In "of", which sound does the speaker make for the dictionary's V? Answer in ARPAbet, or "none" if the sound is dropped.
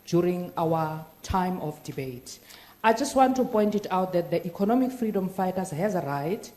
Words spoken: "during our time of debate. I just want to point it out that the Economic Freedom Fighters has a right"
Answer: F